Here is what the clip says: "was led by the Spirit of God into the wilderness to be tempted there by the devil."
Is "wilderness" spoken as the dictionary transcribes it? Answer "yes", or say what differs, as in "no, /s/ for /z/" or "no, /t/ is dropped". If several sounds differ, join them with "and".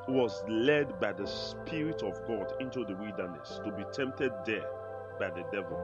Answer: no, /l/ is dropped